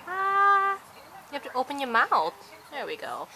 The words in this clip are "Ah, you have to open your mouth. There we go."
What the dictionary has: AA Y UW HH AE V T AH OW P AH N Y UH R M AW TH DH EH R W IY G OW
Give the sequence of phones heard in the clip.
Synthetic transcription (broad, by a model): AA Y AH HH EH P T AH OW P AH N Y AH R M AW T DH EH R W IY G OW